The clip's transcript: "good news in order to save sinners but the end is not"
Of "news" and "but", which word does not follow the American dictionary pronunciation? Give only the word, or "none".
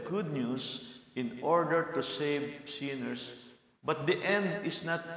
news